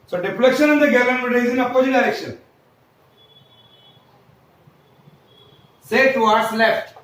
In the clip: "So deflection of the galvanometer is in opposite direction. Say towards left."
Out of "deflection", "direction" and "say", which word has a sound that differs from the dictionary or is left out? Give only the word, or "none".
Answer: deflection